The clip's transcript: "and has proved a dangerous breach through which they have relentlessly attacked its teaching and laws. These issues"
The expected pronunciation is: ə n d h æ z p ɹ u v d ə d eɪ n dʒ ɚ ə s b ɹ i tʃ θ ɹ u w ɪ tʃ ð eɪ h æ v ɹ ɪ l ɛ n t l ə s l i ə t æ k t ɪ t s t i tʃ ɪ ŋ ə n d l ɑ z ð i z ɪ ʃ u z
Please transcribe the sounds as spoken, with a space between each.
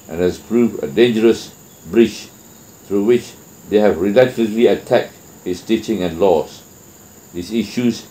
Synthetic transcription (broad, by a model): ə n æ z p ɹ u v ə d eɪ n dʒ ɚ ə s b ɹ i tʃ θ ɹ u w ɪ tʃ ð eɪ h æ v ɹ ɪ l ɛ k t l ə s l i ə t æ k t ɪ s t i tʃ ɪ ŋ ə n l ɑ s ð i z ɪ ʃ u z